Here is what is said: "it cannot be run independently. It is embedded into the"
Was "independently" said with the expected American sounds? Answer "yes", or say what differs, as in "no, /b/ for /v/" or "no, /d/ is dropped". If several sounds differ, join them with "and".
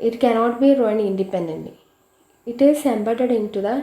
no, /l/ is dropped